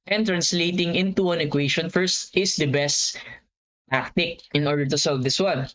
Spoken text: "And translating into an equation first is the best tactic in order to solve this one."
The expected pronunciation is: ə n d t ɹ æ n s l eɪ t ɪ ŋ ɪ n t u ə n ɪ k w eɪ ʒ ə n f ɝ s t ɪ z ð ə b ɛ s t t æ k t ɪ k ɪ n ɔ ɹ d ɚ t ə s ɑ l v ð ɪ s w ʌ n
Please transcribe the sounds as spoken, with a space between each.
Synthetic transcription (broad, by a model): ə n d t ɹ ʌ n s l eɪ t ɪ ŋ ɪ n t u ə n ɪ k w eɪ ʃ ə n f ɝ s t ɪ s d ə b ɛ s t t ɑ k t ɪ k ɪ n ɔ ɹ d ɚ t ə s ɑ l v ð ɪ s w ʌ n